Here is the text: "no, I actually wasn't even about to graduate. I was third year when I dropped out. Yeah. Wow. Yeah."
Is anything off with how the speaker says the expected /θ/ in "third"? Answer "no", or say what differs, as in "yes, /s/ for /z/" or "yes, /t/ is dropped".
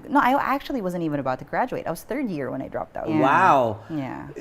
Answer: no